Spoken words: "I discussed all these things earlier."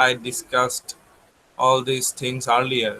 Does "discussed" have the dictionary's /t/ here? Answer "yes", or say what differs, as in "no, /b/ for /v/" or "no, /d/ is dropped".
yes